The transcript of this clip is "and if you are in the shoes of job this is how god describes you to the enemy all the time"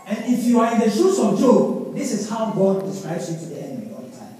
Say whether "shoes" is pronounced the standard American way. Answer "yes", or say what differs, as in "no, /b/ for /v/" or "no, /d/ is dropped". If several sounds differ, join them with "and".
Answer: no, /s/ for /z/